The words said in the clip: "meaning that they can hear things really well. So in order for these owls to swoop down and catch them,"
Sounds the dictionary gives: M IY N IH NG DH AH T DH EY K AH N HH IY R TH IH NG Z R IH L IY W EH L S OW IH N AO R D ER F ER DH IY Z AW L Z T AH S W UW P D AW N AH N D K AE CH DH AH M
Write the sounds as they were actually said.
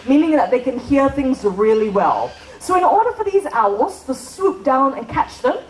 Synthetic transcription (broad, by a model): M IY N IH NG DH AH T DH EY K AH N HH IY R TH IH NG Z R IH L IY W EH L S OW IH N AO R D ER F ER DH IY Z AW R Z T AH S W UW P D AW N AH N K AE CH DH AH M